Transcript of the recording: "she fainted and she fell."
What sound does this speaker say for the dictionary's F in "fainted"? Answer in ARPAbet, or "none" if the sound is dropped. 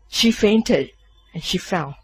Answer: F